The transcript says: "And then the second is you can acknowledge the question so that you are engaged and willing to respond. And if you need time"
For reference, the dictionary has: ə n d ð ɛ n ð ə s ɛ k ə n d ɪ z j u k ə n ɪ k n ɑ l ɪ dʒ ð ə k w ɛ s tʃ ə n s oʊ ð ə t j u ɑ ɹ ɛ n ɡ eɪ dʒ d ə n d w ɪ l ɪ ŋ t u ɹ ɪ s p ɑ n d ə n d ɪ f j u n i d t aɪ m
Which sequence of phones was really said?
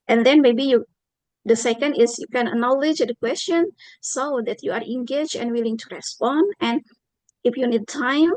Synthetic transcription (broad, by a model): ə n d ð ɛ n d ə s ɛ k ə n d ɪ s j u k ə n ɪ k n ɑ l ɪ dʒ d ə k w ɛ s tʃ ə n s oʊ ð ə t j u ɑ ɹ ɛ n ɡ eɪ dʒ ə n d w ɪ l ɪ ŋ t u ɹ ɪ s p ɑ n d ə n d ɪ f j u n i d t aɪ m